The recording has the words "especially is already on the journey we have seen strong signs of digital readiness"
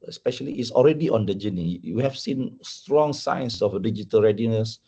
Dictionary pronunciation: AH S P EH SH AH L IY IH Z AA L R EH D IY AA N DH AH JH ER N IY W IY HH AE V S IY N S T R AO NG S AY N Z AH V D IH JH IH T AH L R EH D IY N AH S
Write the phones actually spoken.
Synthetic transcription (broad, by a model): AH S P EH SH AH L IY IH S AA L R EH D IY AA N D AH JH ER N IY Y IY HH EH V S IY N S T R AO NG S AY N S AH F D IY JH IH T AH L R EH D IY N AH S